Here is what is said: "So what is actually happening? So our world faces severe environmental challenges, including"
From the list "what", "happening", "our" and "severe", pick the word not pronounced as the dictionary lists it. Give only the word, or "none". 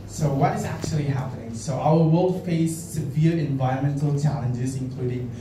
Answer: none